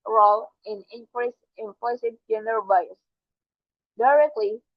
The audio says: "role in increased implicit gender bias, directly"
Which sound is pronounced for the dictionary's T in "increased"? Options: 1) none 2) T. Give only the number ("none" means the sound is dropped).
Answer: 1